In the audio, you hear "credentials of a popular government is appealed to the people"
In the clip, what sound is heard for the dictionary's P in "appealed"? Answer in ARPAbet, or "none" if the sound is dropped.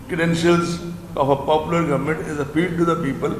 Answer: F